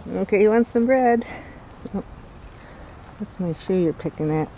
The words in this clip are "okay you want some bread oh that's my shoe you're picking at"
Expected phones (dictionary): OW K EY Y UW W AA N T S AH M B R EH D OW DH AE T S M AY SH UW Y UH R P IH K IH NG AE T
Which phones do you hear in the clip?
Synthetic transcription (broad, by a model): OW K EY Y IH W AA N T S AH M B R EH D OW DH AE T S M AY SH UW Y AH R P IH K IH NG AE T